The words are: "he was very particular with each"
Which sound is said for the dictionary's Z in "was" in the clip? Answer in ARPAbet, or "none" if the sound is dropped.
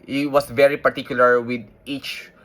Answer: S